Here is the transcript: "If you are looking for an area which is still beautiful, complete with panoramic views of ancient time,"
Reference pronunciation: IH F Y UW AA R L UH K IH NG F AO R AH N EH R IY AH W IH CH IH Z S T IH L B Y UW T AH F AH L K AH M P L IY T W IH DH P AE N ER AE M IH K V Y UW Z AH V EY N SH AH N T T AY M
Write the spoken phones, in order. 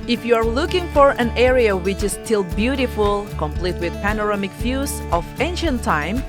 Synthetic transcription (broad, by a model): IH F Y UW AA R L UH K IH NG F AO R AH N EH R IY AH W IH CH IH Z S T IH L B Y UW T AH F AH L K AH M P L IY T W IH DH P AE N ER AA M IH K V Y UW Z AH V EY N SH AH N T T AY M